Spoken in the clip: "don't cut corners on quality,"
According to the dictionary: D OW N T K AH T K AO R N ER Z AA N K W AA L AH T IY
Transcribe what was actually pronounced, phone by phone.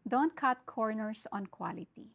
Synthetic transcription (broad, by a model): D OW N T K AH T K AO R N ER S AA N K W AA L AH T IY